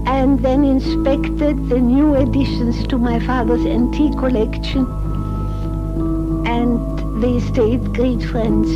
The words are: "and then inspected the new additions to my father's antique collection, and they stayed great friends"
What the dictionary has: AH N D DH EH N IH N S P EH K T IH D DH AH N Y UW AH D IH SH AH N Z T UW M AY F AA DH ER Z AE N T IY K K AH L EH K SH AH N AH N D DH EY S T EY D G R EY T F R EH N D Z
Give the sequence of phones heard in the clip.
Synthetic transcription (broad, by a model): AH N DH EH N IH N S P EH K T IH D DH AH N Y UW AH D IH SH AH N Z T UW M AY F AA DH ER Z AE N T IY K K AH L EH K SH AH N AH N DH EY S T EY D G R EY T F R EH N D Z